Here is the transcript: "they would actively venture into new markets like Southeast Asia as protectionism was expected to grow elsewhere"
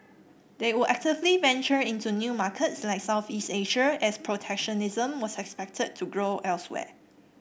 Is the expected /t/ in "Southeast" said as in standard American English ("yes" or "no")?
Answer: yes